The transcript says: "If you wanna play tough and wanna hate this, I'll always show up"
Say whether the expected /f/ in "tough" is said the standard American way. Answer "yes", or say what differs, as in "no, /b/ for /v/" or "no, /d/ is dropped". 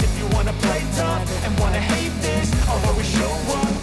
no, /p/ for /f/